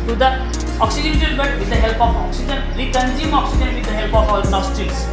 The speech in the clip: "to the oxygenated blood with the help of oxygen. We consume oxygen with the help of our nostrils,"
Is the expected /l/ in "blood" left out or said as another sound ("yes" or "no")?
yes